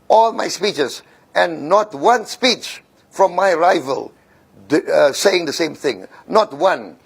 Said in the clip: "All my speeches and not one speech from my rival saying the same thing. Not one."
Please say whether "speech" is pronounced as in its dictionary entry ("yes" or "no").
yes